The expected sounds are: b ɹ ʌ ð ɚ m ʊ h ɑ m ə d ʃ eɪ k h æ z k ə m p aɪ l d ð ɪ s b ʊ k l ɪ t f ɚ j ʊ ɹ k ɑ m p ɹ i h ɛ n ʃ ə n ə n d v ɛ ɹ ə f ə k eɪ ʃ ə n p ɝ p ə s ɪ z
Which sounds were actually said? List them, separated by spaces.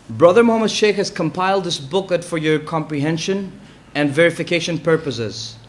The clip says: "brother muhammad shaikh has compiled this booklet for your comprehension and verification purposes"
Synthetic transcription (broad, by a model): b ɹ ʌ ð ɚ m ʊ h ɑ m ə d ʃ eɪ k h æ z k ə m p aɪ l d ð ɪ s b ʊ k ɪ t f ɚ j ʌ ɹ k ɑ m p ɹ i h ɛ n ʃ ə n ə n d v ɛ ɹ ə f ə k eɪ ʃ ə n p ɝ p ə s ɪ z